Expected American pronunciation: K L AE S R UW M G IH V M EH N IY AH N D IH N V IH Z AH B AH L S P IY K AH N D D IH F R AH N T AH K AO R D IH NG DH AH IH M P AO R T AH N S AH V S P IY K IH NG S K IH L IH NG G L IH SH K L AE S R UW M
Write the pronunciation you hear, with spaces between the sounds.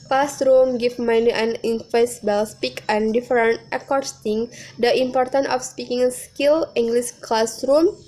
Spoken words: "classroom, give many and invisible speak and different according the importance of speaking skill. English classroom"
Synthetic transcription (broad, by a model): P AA S R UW M G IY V M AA N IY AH N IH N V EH S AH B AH L S P IY K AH N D D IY F R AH N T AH K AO R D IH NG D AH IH M P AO R T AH N AH F S P IY K IH NG S K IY L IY NG G L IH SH K L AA S R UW M